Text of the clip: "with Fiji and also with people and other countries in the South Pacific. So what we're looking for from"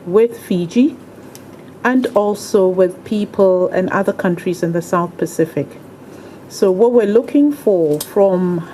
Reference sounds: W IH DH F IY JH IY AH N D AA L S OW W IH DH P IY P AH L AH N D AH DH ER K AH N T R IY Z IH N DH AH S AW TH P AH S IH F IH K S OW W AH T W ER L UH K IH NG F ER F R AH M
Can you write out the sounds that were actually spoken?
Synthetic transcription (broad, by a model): W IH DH F IY JH IY AH N D AA L S OW W IH DH P IY P AH L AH N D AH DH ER K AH N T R IY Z IH N DH AH S AW TH P AH S IH F IH K S OW W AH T W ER L UH K IH NG F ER F R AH M